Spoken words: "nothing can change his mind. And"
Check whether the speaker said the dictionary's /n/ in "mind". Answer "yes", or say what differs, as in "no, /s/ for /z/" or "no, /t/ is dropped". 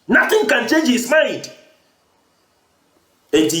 no, /n/ is dropped